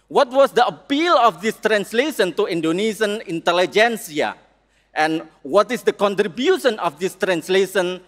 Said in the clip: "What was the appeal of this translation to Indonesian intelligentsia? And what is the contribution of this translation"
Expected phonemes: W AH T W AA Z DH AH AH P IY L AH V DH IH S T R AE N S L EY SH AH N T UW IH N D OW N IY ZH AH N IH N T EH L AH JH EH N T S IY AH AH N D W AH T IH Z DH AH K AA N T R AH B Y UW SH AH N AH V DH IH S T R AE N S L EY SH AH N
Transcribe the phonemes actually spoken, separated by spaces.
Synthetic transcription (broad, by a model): W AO T W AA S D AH AH P IY L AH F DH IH S T R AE N S L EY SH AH N T UW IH N D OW N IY S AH N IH N T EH L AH JH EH N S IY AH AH N W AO T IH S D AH K AA N T R AH B Y UW SH AH N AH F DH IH S T R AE N S L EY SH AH N